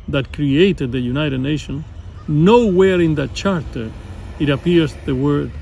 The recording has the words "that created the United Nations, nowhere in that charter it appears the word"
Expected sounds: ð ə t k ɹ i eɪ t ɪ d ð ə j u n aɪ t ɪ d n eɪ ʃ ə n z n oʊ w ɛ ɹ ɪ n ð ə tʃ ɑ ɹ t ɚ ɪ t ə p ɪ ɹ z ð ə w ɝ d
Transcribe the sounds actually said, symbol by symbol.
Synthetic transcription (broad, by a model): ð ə t k ɹ i eɪ t ɪ d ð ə j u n aɪ t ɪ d n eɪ ʃ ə n n oʊ w ɛ ɹ ɪ n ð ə tʃ ɑ ɹ t ɚ ɪ t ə p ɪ ɹ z ð ə w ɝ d